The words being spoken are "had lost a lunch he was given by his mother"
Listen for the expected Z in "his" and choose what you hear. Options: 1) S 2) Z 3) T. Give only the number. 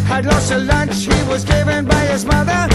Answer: 2